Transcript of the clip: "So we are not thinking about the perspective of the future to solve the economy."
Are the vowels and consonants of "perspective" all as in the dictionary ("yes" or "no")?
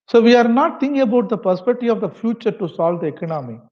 no